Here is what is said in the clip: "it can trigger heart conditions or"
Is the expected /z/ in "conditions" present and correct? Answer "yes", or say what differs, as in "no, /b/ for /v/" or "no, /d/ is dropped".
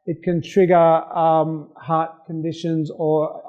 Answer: yes